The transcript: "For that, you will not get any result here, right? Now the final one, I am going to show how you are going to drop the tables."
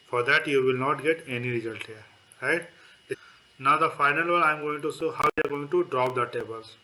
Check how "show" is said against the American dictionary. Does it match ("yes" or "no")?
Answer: no